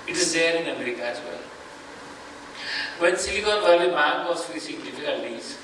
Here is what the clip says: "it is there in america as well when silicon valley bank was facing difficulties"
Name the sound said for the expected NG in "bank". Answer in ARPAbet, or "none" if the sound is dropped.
none